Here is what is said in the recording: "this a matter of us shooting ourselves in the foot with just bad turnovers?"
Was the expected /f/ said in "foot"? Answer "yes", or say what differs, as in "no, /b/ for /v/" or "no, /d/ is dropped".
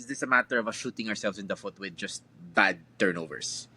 yes